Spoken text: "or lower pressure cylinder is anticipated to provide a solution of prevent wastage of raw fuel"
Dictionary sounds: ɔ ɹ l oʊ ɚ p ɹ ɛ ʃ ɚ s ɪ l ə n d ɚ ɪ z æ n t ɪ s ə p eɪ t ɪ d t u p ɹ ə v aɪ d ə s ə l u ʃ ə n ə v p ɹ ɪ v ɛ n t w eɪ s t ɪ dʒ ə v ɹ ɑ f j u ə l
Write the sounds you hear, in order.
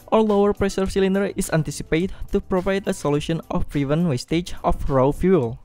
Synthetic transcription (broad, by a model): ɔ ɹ l oʊ ɚ p ɹ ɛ s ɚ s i l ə n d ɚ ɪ s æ n t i s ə p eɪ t t u p ɹ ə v aɪ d ə s ə l u ʃ ə n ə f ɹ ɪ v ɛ n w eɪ s t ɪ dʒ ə f ɹ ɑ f j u l